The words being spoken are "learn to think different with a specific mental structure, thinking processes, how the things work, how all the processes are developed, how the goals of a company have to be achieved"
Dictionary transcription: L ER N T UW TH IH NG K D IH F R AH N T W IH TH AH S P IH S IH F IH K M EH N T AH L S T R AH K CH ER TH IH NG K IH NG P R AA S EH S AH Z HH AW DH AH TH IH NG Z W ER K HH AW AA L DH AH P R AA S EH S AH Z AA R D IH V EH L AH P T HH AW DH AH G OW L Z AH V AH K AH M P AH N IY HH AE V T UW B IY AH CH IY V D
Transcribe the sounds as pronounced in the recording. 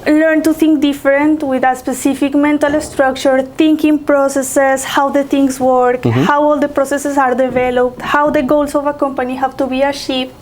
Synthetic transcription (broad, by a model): L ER N T UW T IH NG K D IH F R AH N T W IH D AH S P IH S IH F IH K M EH N T AH L S T R AH K CH ER T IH NG K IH NG P R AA S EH S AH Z HH AW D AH T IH NG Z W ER K HH AW AA L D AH P R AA S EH S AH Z AA R D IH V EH L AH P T HH AW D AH G OW L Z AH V AH K AH M P AH N IY HH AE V T UW B IY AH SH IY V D